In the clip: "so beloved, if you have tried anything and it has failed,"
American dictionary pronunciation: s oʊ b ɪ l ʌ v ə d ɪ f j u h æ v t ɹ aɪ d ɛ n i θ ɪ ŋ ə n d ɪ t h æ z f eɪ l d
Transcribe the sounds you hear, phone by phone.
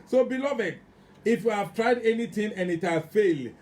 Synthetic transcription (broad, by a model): s oʊ b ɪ l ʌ v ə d ɪ f j u h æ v t ɹ aɪ d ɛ n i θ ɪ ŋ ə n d ɪ t h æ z f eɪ l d